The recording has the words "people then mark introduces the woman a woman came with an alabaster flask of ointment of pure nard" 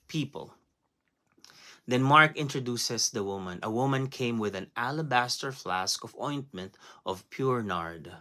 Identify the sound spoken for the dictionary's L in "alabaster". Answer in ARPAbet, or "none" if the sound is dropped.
L